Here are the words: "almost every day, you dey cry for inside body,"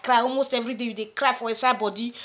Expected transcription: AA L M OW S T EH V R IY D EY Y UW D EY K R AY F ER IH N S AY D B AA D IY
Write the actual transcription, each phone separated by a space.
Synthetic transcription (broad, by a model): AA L M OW S T EH V R IY D EY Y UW D EY K R AY F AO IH S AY B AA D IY